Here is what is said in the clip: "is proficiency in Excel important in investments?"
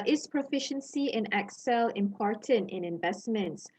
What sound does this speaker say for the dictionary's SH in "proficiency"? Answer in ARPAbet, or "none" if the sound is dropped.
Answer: SH